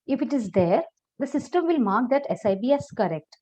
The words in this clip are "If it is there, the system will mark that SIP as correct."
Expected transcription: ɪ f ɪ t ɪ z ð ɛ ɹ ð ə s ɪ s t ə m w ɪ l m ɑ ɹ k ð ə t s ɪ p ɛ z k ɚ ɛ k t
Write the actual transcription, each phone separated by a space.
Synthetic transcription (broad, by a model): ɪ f ɪ t ɪ z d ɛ ɹ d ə s ɪ s t ə m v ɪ l m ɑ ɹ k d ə t s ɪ b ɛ s k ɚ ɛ k t